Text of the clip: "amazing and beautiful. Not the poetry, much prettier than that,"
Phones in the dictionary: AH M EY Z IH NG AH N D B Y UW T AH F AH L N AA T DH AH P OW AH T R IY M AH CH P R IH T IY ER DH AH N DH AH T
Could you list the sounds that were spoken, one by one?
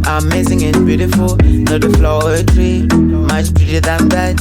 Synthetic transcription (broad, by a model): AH M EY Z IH NG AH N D B Y UW T AH F AH L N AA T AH F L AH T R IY M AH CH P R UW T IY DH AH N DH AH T